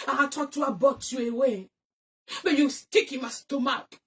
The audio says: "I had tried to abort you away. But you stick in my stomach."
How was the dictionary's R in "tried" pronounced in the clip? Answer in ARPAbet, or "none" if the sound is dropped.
none